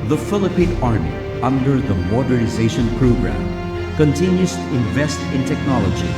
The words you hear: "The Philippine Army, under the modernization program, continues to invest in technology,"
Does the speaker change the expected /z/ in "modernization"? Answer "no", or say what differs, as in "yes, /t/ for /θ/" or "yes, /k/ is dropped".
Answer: no